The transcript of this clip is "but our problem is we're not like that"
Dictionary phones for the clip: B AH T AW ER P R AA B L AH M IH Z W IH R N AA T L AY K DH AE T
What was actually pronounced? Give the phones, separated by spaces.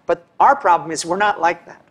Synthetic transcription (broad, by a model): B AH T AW ER P R AA B L AH M IH Z W IH R N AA T L AY K DH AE T